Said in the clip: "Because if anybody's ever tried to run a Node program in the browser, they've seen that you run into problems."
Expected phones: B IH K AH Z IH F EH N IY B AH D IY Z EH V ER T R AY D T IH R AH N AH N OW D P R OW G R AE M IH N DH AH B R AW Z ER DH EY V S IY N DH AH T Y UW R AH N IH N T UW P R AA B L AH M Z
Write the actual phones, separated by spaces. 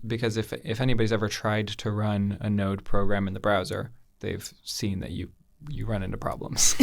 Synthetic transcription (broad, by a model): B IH K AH Z IH F EH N IY B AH D IY Z EH V ER T R AY D T IH R AH N AH N OW D P R OW G R AE M IH N DH AH B R AW Z ER DH EY V S IY N DH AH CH Y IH R AH N IH N T UW P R AA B L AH M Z